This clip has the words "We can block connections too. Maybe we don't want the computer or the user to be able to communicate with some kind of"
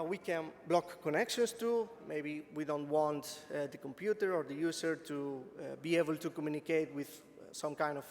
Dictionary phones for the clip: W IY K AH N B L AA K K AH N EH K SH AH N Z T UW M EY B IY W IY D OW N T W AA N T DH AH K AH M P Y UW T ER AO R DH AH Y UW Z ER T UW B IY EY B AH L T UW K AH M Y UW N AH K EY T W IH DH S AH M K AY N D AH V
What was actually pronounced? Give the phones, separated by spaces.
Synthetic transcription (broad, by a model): W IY K AH N B L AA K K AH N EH K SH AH N S T UW M EY B IY W IY D OW N T W AA N T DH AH K AH M P Y UW T ER AO R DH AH Y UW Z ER T UW B IY EY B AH L T UW K AH M Y UW N AH K EY T W IH DH S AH M K AY N D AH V